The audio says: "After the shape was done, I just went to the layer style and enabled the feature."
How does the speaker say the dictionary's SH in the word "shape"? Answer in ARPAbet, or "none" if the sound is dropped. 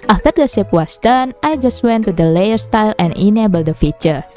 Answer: S